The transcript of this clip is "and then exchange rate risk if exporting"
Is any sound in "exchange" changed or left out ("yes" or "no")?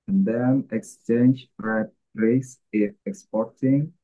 no